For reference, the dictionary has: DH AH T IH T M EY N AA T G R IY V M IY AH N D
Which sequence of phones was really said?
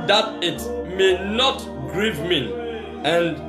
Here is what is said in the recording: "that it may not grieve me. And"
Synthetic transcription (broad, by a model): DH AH T IH T M EY N AA T G R IY V M IY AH N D